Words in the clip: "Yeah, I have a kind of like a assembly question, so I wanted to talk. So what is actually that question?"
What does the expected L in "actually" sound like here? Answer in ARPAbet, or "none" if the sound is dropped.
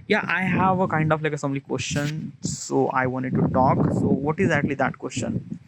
L